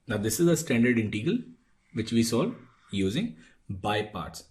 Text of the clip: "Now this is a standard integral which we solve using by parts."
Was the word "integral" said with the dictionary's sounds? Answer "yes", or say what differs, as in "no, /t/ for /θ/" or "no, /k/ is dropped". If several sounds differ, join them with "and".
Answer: no, /ɹ/ is dropped